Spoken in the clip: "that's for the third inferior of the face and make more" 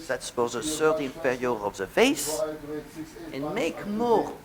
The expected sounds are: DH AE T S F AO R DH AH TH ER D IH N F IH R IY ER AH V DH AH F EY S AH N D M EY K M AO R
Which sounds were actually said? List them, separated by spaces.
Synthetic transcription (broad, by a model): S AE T S F AO R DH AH S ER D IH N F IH R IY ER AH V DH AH F EY S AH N M EY K M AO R